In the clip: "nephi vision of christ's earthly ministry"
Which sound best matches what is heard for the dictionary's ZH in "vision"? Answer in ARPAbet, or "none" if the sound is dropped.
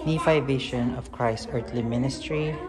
SH